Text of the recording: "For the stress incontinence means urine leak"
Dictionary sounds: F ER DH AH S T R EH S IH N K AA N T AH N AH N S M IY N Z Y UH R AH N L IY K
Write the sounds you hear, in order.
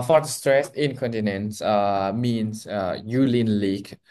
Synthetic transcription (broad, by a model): F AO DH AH S T R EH S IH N K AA N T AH N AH N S M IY N S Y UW L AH N L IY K